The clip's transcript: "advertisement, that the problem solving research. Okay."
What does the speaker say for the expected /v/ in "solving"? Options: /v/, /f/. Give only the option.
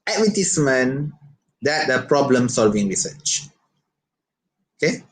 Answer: /v/